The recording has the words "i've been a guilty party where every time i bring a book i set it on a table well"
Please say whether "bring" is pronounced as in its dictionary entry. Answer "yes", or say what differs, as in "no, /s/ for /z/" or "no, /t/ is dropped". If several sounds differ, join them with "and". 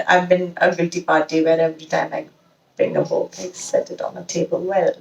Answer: no, /ɹ/ is dropped